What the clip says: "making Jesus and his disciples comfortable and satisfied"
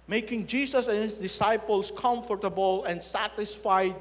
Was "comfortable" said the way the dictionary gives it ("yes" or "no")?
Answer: yes